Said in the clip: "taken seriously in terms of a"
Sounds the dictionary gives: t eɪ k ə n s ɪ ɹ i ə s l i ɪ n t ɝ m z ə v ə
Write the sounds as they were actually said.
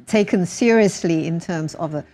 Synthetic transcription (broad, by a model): t eɪ k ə n s ɪ ɹ i ə s l i ɪ n t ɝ m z ə v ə